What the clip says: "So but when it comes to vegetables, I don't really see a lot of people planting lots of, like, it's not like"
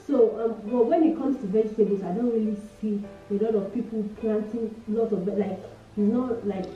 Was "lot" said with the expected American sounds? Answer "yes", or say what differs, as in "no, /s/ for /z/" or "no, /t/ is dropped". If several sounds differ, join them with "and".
yes